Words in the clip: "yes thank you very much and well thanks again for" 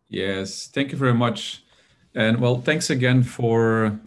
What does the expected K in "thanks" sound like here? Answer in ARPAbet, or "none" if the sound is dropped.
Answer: K